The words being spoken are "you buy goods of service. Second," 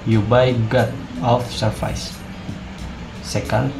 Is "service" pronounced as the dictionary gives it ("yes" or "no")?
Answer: no